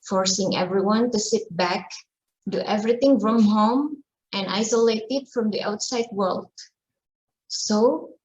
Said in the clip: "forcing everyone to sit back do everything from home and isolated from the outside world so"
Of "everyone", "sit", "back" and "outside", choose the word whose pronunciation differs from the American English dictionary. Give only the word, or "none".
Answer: none